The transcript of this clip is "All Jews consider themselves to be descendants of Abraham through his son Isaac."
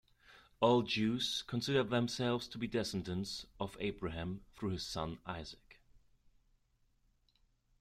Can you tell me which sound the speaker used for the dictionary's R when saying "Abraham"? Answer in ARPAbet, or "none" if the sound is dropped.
R